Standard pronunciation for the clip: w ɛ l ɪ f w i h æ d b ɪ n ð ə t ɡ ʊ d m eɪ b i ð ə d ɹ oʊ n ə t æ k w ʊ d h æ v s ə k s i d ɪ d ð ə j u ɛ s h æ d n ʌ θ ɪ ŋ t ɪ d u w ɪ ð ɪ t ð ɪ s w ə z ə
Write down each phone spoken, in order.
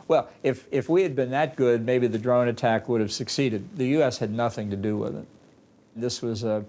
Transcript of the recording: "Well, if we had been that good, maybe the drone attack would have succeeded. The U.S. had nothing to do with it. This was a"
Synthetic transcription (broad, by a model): w ɛ l ɪ f w i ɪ d b ɪ n ð ə t ɡ ʊ d m eɪ b i ð ə d ɹ oʊ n ə t æ k w ʊ d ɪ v s ə k s i d ɪ d ð ə j u ɛ s h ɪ d n ʌ θ ɪ ŋ t ɪ d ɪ w ɪ ð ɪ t ð ɪ s w ə z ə